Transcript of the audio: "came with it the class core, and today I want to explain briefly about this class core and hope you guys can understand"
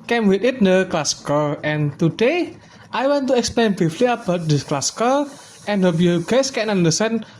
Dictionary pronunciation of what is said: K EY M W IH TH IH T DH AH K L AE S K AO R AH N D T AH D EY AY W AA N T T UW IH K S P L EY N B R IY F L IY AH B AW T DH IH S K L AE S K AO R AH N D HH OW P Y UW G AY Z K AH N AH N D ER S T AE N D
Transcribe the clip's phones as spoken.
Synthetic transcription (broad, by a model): K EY M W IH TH IH T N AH K L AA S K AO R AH N T AH D EY AY W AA N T T UW IH K S P L EY N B IY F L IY AH B AW T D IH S K L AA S K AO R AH N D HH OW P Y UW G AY S K AH N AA N D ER S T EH N